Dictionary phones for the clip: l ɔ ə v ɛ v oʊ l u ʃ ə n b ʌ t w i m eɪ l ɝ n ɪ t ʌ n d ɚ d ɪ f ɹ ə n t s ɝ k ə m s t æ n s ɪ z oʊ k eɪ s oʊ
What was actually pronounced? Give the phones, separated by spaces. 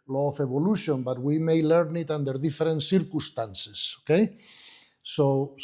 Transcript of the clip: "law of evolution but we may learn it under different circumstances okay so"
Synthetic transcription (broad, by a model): l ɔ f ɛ b oʊ l u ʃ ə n b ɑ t w i m eɪ l ɝ n ɪ t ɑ n d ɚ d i f ɹ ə n t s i k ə s t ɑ n s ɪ s oʊ k eɪ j oʊ